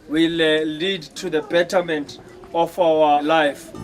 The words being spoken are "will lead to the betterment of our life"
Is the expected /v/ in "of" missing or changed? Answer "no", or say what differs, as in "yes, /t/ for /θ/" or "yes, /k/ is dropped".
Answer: yes, /f/ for /v/